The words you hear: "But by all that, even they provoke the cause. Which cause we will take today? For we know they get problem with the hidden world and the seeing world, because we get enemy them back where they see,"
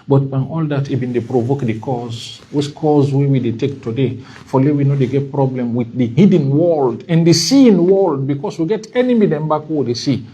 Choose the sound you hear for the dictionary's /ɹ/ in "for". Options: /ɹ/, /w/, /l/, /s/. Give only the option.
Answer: /l/